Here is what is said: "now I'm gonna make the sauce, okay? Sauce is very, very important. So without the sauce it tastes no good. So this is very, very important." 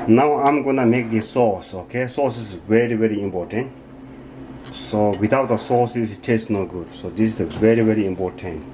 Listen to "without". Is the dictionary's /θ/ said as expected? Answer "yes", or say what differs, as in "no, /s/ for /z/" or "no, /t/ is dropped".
no, /t/ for /θ/